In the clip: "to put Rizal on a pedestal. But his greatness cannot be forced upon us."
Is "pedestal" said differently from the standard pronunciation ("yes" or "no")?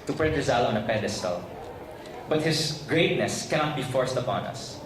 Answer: no